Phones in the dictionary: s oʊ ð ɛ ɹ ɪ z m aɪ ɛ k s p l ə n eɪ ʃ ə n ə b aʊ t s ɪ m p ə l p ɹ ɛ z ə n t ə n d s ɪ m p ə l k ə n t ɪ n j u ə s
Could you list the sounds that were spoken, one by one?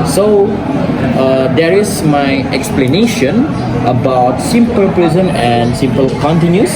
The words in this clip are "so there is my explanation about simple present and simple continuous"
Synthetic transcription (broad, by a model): s oʊ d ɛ ɹ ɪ s m aɪ ɛ k s p l ə n eɪ ʃ ə n ə b aʊ t s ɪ m p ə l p ɹ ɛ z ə n ə n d s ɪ m p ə l k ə n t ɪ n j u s